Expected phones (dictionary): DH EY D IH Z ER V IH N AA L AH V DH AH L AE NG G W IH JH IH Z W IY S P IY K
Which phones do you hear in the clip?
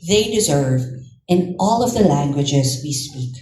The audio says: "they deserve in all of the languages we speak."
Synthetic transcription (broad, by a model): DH EY D IH Z ER V IH N AA L AH V DH AH L AE NG G W IH JH IH Z W IY S P IY K